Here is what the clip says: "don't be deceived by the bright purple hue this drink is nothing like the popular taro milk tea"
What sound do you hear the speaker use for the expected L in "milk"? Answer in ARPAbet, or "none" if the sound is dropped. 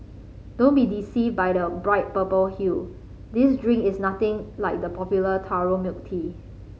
none